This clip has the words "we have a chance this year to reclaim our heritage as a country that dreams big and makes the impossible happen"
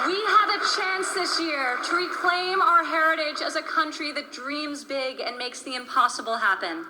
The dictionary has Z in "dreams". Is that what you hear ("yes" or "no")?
yes